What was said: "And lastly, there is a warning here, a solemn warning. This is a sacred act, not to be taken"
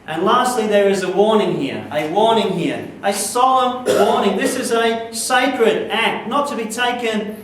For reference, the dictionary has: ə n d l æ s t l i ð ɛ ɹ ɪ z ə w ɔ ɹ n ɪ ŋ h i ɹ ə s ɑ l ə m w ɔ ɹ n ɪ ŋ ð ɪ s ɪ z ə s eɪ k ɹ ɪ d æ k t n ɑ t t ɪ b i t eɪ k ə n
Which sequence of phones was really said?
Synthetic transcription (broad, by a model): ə n l æ s t l i ð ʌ ɹ ɪ z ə w ɔ ɹ n ɪ ŋ h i ɹ ə s ɑ l ə m w ɔ ɹ n ɪ ŋ ð ɪ s ɪ z ə s eɪ k ɹ ɪ d æ k t n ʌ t t ɪ b i t eɪ k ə n